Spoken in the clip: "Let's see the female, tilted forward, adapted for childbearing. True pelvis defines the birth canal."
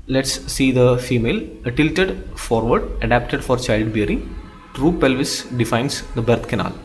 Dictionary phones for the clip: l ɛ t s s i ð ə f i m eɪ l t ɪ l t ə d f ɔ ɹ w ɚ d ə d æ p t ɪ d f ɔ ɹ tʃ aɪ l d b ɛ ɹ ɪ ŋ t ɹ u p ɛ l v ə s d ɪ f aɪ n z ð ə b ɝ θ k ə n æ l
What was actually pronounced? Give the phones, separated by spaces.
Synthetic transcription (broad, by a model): l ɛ t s s i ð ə f i m eɪ l t ɪ l t ə d f ɔ ɹ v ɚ d ə d æ p t ɪ d f ɔ ɹ tʃ aɪ l d b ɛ ɹ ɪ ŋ t ɹ u p ɛ l v ə s d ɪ f aɪ n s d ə b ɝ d k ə n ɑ l